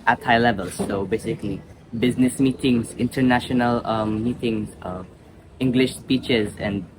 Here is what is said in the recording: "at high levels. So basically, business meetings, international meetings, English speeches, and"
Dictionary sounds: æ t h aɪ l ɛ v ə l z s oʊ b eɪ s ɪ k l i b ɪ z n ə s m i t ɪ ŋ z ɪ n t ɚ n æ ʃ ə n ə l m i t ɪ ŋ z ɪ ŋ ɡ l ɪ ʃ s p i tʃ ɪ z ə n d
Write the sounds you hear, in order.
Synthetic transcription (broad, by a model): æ t h aɪ l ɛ v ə l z s oʊ b eɪ s ɪ k l i b ɪ z n ə s m i t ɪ ŋ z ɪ n t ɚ n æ ʃ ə n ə l m i t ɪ ŋ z ɪ ŋ ɡ l ɪ ʃ s p i tʃ ɪ z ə n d